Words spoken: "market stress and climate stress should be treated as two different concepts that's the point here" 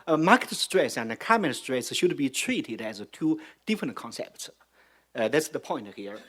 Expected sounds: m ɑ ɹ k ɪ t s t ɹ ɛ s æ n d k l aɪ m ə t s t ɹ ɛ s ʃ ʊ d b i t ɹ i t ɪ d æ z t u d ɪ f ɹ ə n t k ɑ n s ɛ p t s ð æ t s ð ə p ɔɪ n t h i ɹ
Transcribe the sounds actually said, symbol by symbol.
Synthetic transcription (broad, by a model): m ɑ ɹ k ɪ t s t ɹ ɛ s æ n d k aɪ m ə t s t ɹ ɛ s ʃ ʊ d b i t ɹ i t ɪ d æ z t u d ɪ f ɹ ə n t k ɑ n s ɛ p t s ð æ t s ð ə p ɔɪ n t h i ɹ